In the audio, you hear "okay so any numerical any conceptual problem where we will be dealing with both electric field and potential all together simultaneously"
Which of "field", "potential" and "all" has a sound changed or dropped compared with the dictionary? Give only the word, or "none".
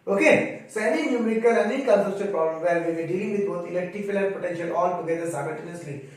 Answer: field